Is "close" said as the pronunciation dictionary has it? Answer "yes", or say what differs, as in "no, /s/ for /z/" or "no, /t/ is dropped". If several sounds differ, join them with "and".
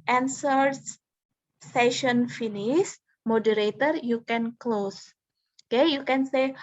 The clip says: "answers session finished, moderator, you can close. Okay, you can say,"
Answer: yes